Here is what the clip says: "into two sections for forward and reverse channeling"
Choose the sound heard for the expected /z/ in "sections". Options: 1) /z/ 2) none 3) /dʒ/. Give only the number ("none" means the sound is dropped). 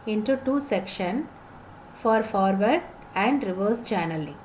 2